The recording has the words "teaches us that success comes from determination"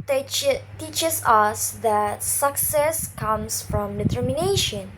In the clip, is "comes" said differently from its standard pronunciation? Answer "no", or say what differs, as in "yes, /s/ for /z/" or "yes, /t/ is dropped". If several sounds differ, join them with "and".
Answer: yes, /s/ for /z/